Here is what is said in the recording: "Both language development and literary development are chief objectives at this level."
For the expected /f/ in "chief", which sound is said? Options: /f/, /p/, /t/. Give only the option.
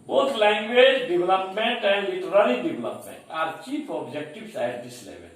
/p/